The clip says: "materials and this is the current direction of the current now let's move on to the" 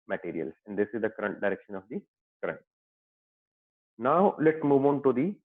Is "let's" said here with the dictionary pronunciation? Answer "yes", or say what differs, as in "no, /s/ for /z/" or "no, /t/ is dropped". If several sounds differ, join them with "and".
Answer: no, /s/ is dropped